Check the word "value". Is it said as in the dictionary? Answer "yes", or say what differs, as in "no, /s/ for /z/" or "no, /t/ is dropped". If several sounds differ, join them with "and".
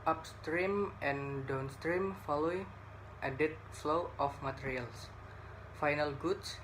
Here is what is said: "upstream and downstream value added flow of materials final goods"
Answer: no, /f/ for /v/